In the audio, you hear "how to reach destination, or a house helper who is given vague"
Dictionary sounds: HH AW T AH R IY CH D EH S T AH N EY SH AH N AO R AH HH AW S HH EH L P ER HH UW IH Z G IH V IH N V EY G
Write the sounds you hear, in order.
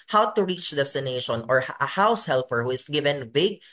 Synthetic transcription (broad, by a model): HH AW T AH R IY CH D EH S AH N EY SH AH N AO R AH HH AW S HH EH L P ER HH UW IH S G IH V IH N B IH G